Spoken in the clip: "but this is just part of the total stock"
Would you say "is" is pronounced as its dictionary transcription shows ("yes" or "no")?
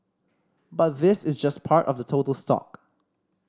yes